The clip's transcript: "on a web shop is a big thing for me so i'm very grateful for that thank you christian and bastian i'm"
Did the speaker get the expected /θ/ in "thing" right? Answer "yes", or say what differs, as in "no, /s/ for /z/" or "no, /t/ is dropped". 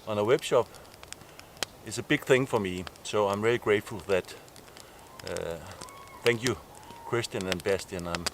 yes